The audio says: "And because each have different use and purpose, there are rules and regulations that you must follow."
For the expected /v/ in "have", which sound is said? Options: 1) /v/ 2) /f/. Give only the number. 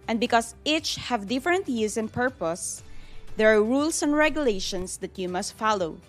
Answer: 1